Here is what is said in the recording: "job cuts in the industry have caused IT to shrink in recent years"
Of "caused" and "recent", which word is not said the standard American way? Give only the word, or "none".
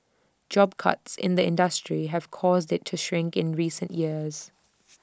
none